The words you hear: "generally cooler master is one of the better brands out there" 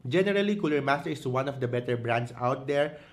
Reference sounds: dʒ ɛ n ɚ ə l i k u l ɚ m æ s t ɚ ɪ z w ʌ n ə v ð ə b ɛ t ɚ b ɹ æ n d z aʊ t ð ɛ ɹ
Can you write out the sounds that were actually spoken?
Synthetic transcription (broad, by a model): dʒ ɛ n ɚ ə l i k u l ɚ m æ s t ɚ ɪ s w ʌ n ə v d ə b ɛ t ɚ b ɹ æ n d s aʊ t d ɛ ɹ